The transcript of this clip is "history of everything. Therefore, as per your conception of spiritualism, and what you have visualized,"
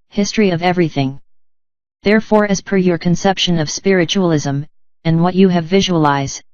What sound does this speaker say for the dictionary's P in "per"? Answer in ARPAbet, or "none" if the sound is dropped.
P